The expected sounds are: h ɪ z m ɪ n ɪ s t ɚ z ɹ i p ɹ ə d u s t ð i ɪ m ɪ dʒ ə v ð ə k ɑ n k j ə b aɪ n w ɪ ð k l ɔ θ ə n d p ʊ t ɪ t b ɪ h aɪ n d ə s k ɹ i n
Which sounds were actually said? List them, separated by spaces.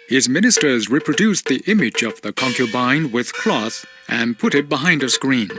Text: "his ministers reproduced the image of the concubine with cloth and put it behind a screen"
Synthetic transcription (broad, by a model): h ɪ z m ɪ n ɪ s t ɚ z ɹ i p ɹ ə d u s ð i ɪ m ɪ dʒ ə v ð ə k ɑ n k j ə b aɪ n w ɪ ð k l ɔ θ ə n p ʊ t ɪ t b ɪ h aɪ n d ə s k ɹ i n